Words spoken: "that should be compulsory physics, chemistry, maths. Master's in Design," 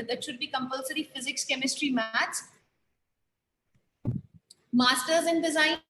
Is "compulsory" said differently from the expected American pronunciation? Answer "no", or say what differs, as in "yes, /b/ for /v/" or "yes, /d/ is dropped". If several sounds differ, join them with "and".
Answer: no